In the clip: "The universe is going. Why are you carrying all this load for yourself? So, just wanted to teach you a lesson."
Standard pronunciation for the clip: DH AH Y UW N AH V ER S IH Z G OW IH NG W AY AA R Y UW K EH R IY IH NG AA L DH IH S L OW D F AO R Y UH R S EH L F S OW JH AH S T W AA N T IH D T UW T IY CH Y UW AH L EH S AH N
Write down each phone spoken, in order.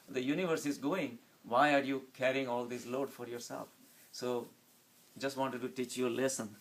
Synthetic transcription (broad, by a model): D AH Y UW N AH V ER S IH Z G OW IH NG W AY AA R Y UW K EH R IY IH NG AA L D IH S L OW D F AO R Y UH R S EH L F S OW JH AH S T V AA N T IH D T UW T IY CH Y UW AH L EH S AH N